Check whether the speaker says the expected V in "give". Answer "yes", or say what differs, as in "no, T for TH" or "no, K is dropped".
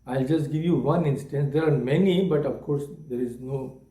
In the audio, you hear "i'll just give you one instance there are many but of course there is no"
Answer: yes